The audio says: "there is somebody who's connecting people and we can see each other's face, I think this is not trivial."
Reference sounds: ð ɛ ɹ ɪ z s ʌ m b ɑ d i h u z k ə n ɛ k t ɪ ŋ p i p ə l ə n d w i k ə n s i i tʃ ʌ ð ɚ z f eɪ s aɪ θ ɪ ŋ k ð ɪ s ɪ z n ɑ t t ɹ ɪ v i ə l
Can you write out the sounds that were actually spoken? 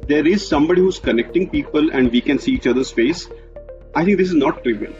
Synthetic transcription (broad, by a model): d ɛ ɹ ɪ z s ʌ m b ɑ d i h u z k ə n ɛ k t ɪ ŋ p i p ə l ə n d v i k ə n s i i tʃ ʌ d ɚ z f eɪ s aɪ t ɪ ŋ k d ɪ s ɪ z n ɑ t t ɹ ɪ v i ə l